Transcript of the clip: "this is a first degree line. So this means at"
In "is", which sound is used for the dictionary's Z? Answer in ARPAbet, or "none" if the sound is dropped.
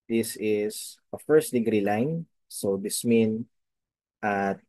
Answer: S